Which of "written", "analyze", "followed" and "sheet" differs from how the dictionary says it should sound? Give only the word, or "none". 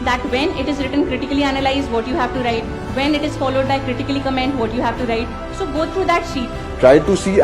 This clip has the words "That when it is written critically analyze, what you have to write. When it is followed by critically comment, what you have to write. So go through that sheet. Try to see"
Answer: none